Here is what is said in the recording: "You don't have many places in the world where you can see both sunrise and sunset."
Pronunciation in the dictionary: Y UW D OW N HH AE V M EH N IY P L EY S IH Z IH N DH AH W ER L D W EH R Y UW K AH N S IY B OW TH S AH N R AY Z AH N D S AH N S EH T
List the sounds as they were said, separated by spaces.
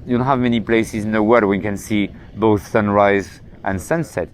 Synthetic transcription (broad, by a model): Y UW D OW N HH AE V M EH N IY P L EY S IH Z IH N DH AH W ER D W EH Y K AH N S IY B OW TH S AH N R AY Z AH N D S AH N S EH T